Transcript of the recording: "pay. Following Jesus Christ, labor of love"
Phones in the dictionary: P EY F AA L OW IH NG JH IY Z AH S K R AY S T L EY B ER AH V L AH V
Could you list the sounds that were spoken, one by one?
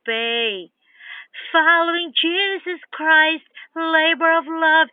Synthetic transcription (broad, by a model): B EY F AA L OW IH NG JH IY Z AH S K R AY S T L EY B ER AH V L AH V